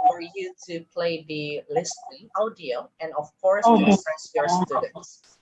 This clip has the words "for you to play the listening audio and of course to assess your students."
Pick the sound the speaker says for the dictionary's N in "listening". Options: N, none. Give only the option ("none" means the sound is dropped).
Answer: none